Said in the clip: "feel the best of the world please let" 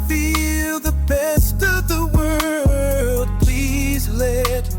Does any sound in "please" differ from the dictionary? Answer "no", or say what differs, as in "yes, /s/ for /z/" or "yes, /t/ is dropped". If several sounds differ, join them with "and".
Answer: no